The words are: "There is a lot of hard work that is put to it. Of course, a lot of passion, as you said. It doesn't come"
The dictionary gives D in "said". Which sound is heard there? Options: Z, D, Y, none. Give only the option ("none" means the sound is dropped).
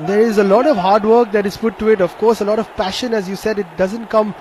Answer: D